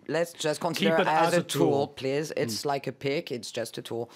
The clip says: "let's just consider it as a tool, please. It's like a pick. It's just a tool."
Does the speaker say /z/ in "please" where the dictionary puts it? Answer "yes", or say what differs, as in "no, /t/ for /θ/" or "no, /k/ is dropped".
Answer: yes